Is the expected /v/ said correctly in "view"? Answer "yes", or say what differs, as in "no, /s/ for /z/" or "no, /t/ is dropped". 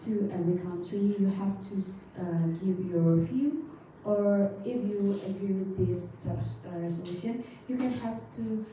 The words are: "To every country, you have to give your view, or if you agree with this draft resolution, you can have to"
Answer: no, /f/ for /v/